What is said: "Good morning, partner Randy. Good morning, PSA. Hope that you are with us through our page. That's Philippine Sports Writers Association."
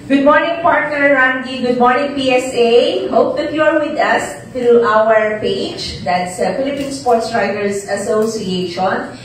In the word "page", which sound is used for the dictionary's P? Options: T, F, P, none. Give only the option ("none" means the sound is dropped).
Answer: P